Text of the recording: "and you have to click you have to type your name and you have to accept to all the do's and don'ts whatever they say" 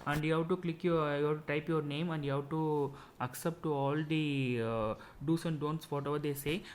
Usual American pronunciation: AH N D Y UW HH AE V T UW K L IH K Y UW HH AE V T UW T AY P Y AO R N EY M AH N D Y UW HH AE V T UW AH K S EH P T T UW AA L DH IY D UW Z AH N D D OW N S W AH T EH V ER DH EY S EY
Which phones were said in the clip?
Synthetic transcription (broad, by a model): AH N D Y UW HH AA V T UW K L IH K Y UW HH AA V T UW T AY P Y AO R N EY M AH N D Y UW HH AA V T UW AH K S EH P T T UW AA L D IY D UW S AH N D D OW N S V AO T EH V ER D EY S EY